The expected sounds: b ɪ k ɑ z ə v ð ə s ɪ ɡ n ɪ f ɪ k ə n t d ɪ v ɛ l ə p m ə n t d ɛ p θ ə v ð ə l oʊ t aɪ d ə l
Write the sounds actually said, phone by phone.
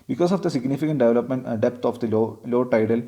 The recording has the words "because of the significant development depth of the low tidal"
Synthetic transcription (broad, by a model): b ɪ k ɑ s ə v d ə s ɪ ɡ n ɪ f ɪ k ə n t d ɪ v ɛ l ə p m ə n t d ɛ p t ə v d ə l oʊ t aɪ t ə l